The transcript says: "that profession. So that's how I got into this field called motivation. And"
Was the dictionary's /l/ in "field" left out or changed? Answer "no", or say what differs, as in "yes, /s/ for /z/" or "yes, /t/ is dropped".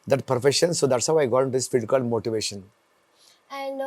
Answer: yes, /l/ is dropped